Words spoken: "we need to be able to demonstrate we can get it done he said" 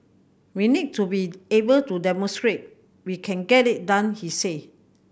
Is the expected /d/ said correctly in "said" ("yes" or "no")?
no